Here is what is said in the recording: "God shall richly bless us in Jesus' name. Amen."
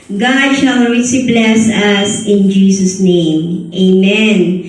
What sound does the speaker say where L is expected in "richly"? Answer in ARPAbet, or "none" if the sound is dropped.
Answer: none